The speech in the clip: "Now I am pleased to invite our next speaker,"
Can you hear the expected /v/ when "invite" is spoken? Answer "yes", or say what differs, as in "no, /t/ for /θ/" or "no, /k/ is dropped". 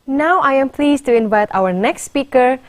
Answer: yes